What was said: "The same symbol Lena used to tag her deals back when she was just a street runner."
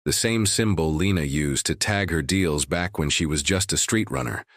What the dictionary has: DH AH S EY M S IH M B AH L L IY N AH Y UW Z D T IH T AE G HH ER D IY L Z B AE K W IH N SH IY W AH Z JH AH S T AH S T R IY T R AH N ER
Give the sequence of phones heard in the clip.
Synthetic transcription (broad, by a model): DH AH S EY M S IH M B L L IY N AH Y UW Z T IH T AE G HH ER D IY L Z B AE K W IH N SH IY W AH Z JH AH S T AH S T R IY T R AH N ER